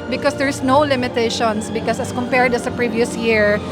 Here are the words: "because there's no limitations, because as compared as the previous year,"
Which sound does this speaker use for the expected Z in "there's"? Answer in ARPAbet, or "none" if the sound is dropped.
S